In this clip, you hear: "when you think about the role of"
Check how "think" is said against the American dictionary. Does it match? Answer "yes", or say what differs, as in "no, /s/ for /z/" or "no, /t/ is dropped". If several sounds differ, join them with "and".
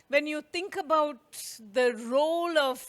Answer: no, /t/ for /θ/